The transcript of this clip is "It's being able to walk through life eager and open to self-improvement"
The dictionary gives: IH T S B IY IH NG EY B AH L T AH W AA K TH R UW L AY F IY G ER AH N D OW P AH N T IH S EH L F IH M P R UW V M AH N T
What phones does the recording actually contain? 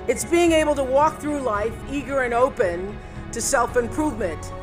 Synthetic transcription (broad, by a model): IH T S B IY IH NG EY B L T AH W AA K TH R UW L AY F IY G ER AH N OW P AH N T IH S EH L F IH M P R UW V M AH N T